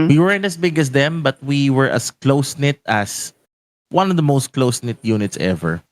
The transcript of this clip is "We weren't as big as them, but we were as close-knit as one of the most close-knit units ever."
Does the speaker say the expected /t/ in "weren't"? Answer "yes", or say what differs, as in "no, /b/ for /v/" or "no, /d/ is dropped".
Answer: no, /t/ is dropped